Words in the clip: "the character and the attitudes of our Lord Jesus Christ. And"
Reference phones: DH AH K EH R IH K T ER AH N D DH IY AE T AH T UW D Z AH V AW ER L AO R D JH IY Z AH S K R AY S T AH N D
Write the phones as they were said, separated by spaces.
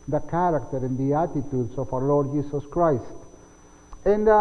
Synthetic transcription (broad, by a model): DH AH K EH R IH K T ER AH N D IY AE T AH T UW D S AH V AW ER L AO R D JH IY S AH S K R AY S T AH N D